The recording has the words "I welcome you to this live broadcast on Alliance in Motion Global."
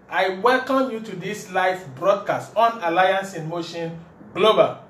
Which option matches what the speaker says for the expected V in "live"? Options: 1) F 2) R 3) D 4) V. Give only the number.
1